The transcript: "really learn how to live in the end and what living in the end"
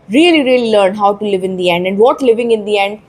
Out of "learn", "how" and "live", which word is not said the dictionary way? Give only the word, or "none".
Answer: none